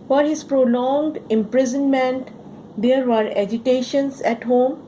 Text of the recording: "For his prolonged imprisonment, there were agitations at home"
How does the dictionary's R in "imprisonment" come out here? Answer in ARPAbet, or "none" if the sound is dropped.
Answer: R